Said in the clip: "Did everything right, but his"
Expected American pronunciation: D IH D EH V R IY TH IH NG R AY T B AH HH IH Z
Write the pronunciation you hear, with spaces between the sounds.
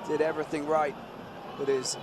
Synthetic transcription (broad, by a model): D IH D EH V R IY TH IH NG R AY T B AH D IH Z